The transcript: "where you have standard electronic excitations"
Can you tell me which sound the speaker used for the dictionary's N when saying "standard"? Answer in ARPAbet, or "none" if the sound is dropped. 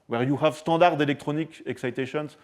none